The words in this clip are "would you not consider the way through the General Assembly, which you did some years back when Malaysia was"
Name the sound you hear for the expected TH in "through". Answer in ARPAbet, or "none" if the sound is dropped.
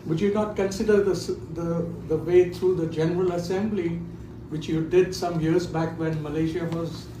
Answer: T